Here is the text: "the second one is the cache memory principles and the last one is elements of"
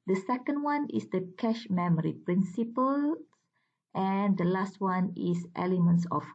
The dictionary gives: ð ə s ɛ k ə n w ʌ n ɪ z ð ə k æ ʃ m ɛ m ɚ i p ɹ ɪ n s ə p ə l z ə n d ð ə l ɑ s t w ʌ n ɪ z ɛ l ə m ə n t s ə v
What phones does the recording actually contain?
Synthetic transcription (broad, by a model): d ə s ɛ k ə n w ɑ n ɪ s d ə k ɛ ʃ m ɛ m ɚ i p ɹ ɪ n s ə p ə l ə n d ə l ɑ s t w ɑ n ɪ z ɛ l ə m ə n t s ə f